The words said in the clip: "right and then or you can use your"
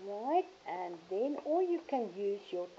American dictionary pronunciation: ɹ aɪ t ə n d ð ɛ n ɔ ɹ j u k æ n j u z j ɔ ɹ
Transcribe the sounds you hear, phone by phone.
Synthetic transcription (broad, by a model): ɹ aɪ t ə n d ð ɛ n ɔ l j u k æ n j u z j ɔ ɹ